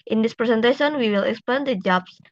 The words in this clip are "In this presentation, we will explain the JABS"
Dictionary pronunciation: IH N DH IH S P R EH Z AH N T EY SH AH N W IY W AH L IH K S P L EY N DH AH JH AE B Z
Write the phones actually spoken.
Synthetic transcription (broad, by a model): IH N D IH S P R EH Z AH N T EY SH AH N W IY W AH L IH K S P EY N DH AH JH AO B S